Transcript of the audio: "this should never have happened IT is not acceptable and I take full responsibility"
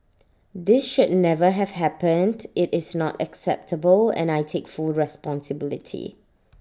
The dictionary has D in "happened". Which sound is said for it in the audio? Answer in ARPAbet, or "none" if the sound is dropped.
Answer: D